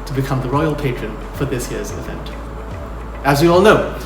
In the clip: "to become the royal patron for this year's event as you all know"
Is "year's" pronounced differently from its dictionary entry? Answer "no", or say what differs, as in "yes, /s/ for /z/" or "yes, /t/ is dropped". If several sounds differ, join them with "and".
no